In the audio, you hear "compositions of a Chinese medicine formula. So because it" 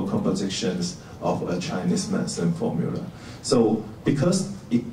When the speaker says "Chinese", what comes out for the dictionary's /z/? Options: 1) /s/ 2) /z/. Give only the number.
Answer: 1